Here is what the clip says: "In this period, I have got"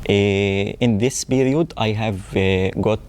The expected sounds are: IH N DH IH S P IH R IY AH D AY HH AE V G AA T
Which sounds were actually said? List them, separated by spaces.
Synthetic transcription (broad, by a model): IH N DH IH S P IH R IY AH D AY HH AE V G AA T